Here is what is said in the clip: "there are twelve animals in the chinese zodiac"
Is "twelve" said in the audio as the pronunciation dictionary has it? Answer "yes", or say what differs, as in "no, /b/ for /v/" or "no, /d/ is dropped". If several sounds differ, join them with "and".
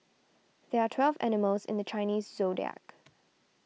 yes